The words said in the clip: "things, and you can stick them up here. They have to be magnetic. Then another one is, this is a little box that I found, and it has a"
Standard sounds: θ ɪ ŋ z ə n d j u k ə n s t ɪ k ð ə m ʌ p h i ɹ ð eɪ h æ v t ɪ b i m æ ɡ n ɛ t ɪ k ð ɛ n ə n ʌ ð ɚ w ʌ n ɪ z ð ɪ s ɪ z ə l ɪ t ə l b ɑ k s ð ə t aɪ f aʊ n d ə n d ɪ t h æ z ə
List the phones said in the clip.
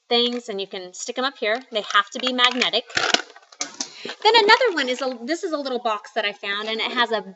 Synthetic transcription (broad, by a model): θ ɪ ŋ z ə n j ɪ k ə n s t ɪ k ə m ʌ p h i ɹ ð eɪ h æ f t ɪ b i m æ ɡ n ɛ t ɪ k ð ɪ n ə n ʌ ð ɚ w ʌ n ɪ z ð ɪ s ɪ z ə l ɪ t l b ɑ k s ð ə t aɪ f aʊ n d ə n ɪ t h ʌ z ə